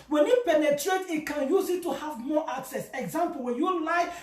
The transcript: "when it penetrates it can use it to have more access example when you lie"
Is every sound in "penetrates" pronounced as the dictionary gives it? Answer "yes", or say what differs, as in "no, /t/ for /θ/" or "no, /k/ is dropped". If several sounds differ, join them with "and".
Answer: no, /s/ is dropped